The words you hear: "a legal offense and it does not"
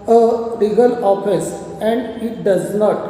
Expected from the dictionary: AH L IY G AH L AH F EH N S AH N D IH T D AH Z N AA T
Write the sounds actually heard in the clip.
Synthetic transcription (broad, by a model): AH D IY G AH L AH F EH S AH N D IH T D AH Z N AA T